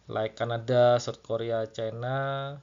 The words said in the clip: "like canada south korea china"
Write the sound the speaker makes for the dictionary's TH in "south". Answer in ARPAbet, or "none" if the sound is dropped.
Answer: T